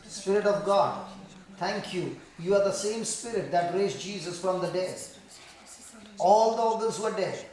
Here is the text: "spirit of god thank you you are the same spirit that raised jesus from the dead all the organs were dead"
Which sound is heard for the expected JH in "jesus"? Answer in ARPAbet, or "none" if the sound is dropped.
JH